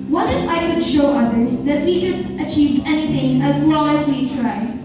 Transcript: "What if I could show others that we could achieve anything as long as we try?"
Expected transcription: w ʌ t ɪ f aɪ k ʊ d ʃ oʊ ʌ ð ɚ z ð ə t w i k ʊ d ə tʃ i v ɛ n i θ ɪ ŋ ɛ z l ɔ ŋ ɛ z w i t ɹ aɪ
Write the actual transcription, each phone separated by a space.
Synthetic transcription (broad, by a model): w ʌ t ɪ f aɪ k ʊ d ʃ oʊ ʌ ð ɚ z ð ə t w i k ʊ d ə tʃ i v ɛ n i θ ɪ ŋ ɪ z l ɔ ŋ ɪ z w i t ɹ aɪ